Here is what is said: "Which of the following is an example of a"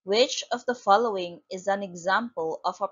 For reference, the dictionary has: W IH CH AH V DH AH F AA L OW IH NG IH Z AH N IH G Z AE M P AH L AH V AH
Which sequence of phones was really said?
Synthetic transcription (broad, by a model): W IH CH AH V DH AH F AA L OW IH NG IH Z AH N IH G Z AE M P AH L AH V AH